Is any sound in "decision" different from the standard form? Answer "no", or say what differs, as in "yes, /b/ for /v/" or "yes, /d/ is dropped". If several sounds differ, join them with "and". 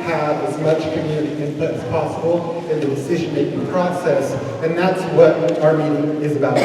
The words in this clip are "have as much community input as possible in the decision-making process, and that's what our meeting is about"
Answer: no